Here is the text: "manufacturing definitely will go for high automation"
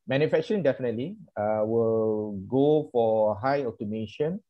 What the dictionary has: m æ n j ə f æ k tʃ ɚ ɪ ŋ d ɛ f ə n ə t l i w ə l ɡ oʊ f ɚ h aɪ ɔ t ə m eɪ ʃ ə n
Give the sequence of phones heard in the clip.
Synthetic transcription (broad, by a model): m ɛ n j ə f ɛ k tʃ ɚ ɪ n d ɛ f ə n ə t l i w ə l ɡ oʊ f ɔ h aɪ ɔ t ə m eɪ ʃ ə n